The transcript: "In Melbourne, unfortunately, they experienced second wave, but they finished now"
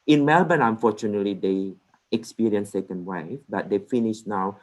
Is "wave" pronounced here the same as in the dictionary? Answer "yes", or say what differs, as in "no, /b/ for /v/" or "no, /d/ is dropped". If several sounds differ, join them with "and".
no, /f/ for /v/